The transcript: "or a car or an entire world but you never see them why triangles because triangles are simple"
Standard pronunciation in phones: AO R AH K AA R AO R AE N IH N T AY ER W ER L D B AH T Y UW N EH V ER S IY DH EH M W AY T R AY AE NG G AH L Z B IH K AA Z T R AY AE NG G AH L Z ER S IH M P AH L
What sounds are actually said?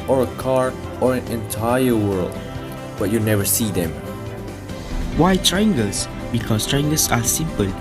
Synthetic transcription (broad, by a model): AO R AH K AA R AO R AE N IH N T AY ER W ER L D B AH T Y UW N EH V ER S IY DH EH M W AY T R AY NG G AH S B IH K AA S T R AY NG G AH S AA S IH M P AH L